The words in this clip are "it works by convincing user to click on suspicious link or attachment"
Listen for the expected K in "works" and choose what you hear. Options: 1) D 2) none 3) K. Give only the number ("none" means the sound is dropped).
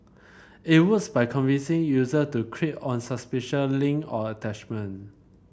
2